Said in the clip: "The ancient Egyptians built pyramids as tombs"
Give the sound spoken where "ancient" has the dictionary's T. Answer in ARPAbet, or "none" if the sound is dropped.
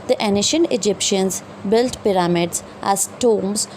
none